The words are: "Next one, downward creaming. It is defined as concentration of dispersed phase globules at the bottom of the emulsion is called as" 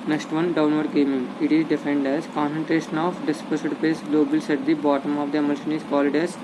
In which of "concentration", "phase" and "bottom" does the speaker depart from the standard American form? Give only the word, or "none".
phase